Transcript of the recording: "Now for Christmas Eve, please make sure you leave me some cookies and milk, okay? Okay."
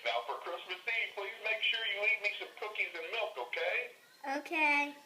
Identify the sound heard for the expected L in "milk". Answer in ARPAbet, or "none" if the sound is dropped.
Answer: L